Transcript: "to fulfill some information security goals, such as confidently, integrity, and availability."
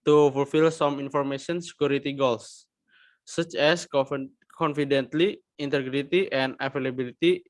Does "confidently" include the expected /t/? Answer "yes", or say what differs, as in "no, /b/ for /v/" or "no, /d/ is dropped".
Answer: yes